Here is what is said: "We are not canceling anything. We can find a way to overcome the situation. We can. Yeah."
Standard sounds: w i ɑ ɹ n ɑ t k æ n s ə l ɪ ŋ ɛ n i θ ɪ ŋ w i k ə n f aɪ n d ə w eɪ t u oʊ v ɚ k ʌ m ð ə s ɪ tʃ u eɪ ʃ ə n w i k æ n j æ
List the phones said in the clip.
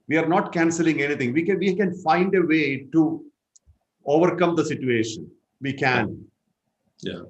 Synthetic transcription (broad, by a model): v i ɑ ɹ n ɑ t k æ n s ə l ɪ ŋ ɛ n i t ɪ ŋ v i k ə n f aɪ n d ə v eɪ t u oʊ v ɚ k ʌ m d ə s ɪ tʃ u eɪ ʃ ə n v i k æ n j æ